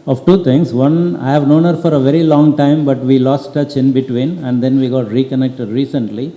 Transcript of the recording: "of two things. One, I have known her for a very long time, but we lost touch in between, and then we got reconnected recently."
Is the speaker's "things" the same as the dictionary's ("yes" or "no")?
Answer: no